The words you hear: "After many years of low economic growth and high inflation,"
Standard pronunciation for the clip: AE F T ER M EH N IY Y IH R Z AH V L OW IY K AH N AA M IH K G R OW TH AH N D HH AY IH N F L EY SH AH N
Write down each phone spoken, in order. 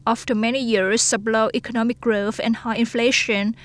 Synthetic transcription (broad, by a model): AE F T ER M EH N IY Y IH R S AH B L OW IY K AH N AA M IH K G R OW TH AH N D HH AY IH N F L EY SH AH N